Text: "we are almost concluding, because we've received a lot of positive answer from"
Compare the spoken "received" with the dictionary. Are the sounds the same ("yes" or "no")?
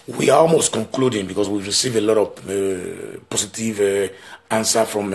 no